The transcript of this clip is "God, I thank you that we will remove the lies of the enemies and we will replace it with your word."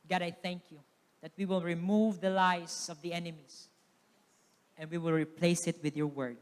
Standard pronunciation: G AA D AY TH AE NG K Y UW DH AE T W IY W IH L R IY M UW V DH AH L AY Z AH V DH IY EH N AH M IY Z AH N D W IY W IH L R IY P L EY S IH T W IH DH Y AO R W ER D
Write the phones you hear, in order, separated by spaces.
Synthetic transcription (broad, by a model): G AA D AY TH AE NG K Y UW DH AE T W IY W IH L R IY M UW V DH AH L AY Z AH V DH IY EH N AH M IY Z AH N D W IY W IH L R IY P L EY S IH T W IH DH Y AO R W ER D